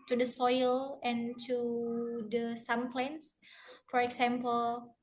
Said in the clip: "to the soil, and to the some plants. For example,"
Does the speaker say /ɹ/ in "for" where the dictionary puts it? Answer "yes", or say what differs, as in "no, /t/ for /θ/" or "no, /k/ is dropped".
yes